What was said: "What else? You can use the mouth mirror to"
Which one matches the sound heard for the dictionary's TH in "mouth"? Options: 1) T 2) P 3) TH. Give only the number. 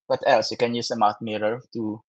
1